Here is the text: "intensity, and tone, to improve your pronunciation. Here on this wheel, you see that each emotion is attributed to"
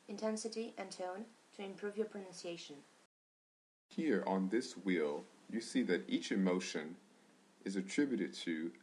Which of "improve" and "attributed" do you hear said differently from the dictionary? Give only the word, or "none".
none